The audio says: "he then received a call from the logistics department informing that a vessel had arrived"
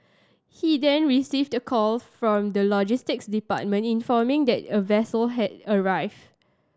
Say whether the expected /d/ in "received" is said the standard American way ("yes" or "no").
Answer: yes